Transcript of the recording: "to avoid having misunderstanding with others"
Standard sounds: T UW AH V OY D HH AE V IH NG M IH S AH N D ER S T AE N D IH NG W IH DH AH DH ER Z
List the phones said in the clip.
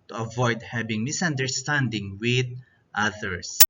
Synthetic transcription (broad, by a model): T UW AH V OY D HH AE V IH NG M IH S AH N D ER S T AE N D IH NG W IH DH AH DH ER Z